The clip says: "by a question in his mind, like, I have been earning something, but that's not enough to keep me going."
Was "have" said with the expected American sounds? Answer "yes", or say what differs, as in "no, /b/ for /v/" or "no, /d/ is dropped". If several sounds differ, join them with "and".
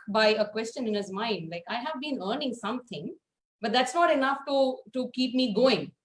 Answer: yes